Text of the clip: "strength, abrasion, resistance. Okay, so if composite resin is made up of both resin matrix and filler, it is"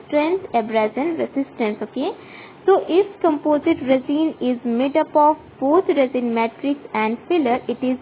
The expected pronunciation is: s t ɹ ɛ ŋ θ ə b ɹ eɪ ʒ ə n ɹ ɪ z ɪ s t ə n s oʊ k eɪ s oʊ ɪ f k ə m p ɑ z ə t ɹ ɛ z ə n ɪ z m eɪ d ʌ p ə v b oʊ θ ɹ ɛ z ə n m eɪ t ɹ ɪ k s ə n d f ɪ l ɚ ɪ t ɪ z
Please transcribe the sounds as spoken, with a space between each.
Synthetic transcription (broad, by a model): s t ɹ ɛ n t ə b ɹ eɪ z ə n ɹ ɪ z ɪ s t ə n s oʊ k eɪ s oʊ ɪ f k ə m p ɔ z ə t ɹ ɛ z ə n ɪ z m eɪ d ʌ p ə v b oʊ t ɹ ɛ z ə n m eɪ t ɹ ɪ k s ə n d f ɪ l ɚ ɪ t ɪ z